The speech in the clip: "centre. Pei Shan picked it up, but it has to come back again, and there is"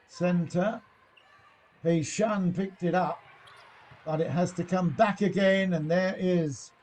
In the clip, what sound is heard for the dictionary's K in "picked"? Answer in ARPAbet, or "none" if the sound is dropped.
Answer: K